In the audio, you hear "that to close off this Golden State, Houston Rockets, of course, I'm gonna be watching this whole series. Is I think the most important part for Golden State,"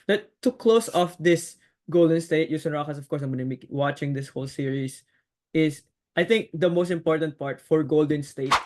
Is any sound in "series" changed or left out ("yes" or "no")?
yes